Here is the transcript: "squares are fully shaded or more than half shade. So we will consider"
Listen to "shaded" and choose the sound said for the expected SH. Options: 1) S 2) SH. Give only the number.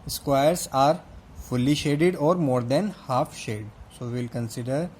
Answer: 2